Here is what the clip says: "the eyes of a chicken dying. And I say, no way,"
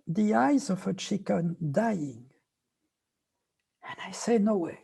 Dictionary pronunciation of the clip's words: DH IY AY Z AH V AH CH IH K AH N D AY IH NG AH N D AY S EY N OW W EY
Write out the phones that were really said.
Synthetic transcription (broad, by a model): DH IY AY Z AH V AH CH IH K AH N D AY IH NG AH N AY S EY N OW W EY